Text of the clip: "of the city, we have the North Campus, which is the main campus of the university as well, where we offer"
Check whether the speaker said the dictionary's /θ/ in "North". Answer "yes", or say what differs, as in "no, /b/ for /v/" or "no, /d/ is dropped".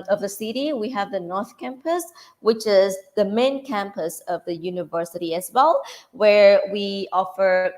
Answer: yes